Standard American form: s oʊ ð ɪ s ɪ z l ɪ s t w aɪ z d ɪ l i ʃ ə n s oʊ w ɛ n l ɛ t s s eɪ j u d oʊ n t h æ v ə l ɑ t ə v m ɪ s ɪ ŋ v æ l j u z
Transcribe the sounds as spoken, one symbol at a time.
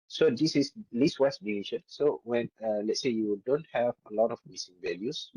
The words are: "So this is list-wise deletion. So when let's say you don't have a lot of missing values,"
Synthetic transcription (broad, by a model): s oʊ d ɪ s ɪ s l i s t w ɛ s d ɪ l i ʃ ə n s oʊ w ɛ n l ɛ t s s eɪ j u d oʊ n t h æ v ə l ɑ t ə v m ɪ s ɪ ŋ v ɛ l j u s